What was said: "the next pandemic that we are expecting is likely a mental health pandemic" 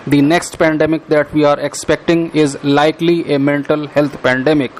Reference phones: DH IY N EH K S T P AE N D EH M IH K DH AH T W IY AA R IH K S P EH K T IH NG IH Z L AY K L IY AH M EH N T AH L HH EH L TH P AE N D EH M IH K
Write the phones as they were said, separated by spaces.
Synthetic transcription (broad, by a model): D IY N EH K S T P AE N D EH M IH K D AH T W IY AA R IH K S P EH K T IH NG IH Z L AY K L IY AH M EH N T AH L HH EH L T P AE N D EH M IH K